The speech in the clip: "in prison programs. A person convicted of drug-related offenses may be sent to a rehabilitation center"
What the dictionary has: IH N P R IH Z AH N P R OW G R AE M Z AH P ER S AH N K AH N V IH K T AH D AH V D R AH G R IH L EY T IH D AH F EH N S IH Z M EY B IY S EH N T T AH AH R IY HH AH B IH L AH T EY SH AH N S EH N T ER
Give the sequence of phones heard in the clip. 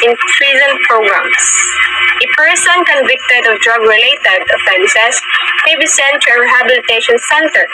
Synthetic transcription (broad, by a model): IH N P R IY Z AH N P R OW G R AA M S AH P ER S AH N K AH N V IH K T AH D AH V D R AH G R IH L EY T IH D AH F EH N S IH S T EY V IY S EH N T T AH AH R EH HH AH B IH L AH T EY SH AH N S EH N T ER